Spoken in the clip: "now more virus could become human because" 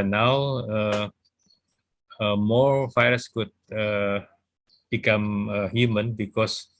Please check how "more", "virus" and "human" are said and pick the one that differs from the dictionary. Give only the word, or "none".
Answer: virus